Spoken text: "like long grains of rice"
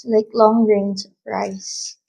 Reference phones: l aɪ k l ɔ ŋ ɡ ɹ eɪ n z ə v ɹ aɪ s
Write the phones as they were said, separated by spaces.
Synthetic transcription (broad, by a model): l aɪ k l ɔ ŋ ɹ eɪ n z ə p ɹ aɪ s